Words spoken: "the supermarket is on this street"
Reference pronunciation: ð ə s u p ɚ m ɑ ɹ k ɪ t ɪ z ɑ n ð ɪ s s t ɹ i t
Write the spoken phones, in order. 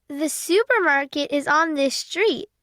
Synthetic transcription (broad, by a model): ð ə s u p ɚ m ɑ ɹ k ɪ t ɪ z n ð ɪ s s t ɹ i t